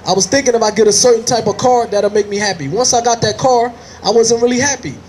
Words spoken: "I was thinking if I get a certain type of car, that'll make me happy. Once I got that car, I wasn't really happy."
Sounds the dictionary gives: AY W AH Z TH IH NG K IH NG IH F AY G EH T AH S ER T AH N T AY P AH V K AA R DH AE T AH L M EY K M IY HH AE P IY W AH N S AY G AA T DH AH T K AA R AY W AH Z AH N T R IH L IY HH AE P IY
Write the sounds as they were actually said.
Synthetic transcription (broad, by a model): AY W AH Z TH IH NG K IH NG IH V AY G EH T AH S ER T N T AY P AH V K AA R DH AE T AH M EY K M IY HH AE P IY W AH N S AY G AA T DH AH T K AA R AY W AH Z AH N T R IH L IY HH AE P IY